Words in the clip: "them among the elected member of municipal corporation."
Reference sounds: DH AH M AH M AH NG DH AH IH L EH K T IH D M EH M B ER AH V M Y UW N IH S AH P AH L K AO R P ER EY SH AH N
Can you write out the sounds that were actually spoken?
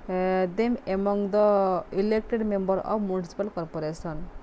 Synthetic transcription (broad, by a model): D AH M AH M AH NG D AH IH L EH K T IH D M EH M B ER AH B M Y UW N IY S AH P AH L K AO R P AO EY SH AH N